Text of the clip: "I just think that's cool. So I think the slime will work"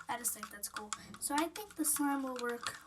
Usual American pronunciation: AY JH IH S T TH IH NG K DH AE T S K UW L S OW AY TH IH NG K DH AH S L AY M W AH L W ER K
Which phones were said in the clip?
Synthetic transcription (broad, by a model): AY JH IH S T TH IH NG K DH AE T S K UW L S OW AY TH IH NG K DH AH S AY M W AH L W ER K